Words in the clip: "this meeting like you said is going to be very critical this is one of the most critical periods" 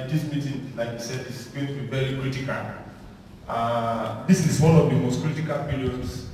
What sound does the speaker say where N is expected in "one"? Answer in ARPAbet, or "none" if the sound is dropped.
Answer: N